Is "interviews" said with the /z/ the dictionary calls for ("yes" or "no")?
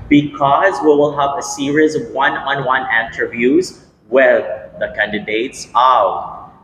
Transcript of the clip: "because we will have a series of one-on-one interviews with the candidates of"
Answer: yes